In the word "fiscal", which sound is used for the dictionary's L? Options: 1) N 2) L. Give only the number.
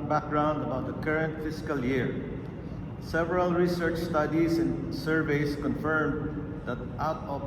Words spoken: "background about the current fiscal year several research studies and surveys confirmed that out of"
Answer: 2